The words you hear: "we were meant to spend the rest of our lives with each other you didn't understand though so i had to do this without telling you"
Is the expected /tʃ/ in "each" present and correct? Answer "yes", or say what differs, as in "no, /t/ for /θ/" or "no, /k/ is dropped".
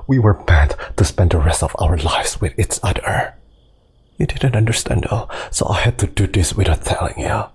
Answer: no, /s/ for /tʃ/